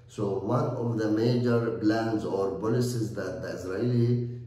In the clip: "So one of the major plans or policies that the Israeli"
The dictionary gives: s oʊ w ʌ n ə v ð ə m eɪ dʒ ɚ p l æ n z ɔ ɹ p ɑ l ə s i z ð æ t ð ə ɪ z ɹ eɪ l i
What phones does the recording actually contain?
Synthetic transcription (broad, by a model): s oʊ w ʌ n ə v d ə m eɪ dʒ ɚ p l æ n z ɔ ɹ b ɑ l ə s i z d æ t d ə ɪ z ɹ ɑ l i